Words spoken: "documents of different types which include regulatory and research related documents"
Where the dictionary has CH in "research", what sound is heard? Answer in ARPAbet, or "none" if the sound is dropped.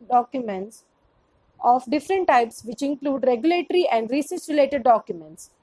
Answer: S